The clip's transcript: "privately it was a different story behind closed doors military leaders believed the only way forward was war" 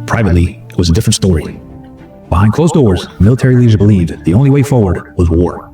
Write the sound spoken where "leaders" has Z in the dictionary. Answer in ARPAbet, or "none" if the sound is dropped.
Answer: none